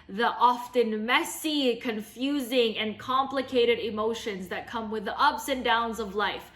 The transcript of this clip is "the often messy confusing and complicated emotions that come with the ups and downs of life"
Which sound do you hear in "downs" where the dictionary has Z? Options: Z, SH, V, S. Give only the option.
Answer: Z